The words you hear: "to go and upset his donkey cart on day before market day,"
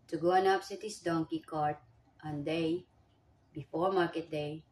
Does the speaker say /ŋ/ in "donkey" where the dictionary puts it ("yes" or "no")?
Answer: yes